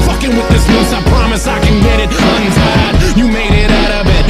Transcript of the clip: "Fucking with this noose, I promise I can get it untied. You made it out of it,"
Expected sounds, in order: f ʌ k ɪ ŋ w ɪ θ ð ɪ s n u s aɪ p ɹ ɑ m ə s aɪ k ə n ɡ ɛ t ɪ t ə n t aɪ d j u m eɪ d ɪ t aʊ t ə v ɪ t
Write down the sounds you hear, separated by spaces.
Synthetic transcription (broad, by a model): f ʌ k ɪ ŋ w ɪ ð ɪ s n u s aɪ p ɹ ɑ m ə s aɪ k ə n ɡ ɛ t ɪ t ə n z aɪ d j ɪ m eɪ d ɪ t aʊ t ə b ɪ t